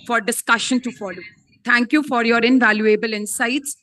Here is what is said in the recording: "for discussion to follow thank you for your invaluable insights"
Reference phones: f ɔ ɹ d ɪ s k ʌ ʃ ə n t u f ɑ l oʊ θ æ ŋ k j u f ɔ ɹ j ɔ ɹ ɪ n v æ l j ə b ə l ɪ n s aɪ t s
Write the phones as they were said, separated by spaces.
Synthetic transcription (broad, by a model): f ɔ ɹ d ɪ s k ʌ ʃ ə n t u f ɑ l oʊ t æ ŋ k j u f ɔ ɹ j ɔ ɹ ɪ n v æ l j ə b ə l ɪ n s aɪ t s